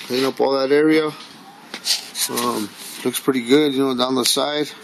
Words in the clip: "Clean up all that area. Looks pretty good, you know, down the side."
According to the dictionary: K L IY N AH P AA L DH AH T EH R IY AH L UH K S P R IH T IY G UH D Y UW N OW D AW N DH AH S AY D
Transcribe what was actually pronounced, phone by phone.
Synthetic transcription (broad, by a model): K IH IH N AH P AA L DH AH T EH R IY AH L UH K S P R IH T IY G UH D Y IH N OW D AW N DH AH S AY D